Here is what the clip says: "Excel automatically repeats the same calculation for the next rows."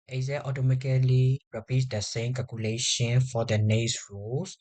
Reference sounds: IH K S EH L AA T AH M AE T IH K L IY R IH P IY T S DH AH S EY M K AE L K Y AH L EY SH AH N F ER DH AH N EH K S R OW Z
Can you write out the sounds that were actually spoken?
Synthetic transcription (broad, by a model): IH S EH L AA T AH M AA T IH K L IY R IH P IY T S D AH S EY M K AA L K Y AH L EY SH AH N F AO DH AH N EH S R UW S